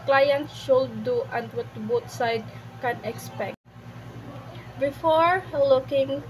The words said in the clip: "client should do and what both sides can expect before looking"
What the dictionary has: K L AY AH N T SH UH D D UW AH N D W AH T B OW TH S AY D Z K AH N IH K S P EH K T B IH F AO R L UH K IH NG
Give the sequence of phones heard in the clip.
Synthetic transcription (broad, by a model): K L AY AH N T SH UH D D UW AH N D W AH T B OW T S AY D K AH N IH K S P EH K T B IH F AO R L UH K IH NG